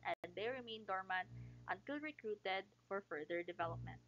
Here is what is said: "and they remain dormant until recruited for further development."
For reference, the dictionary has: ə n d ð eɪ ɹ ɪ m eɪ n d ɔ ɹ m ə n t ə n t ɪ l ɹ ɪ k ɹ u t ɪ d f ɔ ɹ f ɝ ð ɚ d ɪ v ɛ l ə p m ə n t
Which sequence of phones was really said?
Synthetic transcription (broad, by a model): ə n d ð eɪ ɹ ɪ m eɪ n d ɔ ɹ m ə n t ə n t ɪ l ɹ ɪ k ɹ u t ɪ d f ɔ ɹ f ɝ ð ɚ d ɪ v ɛ l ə p m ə n t